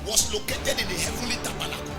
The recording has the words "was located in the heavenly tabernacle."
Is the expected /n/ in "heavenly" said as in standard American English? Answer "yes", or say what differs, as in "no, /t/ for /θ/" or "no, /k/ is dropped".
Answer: no, /n/ is dropped